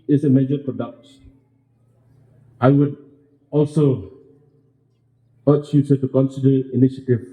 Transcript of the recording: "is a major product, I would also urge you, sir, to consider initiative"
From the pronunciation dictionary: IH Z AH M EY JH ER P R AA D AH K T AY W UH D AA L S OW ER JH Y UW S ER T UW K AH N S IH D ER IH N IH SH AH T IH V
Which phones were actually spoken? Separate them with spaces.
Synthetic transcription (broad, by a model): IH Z AH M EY JH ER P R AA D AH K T AY W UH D AA L S OW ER CH Y UW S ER T UW K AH N S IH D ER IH N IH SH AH T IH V